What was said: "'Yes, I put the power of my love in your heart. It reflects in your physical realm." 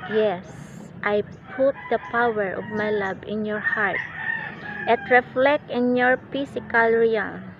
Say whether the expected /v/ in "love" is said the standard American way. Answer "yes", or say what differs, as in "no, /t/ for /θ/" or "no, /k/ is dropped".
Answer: no, /b/ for /v/